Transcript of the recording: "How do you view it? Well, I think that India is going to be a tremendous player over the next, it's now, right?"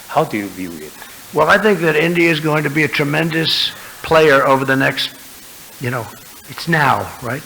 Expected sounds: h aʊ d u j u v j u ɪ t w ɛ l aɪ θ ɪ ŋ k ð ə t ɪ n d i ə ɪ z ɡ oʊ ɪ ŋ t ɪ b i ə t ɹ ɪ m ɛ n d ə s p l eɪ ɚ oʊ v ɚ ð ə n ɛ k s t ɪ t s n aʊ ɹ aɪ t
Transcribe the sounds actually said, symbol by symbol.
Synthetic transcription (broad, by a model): h aʊ d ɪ j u v j u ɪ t w ɛ l aɪ θ ɪ ŋ k ð ə t ɪ n d i ə ɪ z ɡ oʊ ɪ ŋ t ɪ b i ə t ɹ ɪ m ɛ n d ə s p l eɪ ɚ oʊ v ɚ ð ə n ɛ k s t ɪ t s n aʊ ɹ aɪ t